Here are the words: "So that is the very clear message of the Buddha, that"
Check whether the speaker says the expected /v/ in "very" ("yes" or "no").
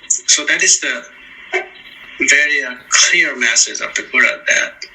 yes